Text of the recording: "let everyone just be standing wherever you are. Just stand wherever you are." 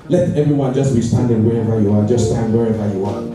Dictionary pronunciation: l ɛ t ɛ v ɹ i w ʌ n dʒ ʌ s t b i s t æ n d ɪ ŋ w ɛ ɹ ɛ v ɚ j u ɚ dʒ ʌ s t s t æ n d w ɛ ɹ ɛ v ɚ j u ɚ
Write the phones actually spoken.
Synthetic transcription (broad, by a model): l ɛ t ɛ v ɹ i w ʌ n dʒ ʌ s t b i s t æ n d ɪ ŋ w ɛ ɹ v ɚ j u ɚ dʒ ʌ s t s t æ n d w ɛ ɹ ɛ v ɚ j u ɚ